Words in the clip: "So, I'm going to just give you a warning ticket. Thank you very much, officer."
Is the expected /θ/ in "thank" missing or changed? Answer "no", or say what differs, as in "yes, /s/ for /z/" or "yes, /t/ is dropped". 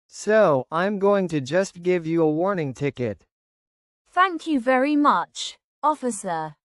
no